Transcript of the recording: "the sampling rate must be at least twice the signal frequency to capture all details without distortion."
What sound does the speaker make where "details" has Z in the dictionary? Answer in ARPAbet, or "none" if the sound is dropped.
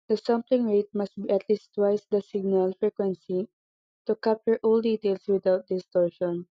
S